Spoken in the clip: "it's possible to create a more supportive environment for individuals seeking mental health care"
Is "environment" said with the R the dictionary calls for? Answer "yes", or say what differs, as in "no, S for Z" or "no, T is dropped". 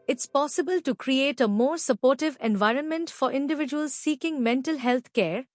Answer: yes